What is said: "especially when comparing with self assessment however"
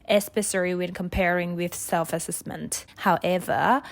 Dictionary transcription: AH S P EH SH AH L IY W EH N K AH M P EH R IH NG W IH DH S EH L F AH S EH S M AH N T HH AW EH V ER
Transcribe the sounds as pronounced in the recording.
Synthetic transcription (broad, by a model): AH S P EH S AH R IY W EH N K AH M P EH R IH NG W IH DH S EH L F AH S EH S M AH N T HH AW EH V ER